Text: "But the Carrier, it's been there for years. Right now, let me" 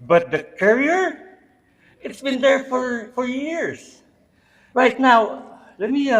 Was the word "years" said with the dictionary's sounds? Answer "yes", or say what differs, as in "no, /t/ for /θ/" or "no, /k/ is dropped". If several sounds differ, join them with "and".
no, /s/ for /z/